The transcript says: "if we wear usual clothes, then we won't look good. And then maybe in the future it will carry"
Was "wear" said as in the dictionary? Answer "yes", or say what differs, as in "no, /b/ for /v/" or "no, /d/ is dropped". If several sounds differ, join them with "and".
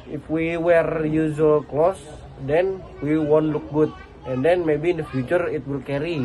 yes